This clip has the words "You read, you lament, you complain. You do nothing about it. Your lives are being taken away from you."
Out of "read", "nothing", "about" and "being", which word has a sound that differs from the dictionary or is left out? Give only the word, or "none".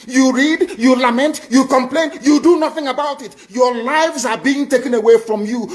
none